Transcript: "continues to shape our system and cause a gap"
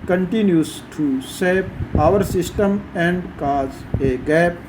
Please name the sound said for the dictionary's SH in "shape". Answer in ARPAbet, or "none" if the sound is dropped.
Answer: S